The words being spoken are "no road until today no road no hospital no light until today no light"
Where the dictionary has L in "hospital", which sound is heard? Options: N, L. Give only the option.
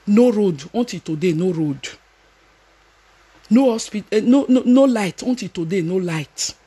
N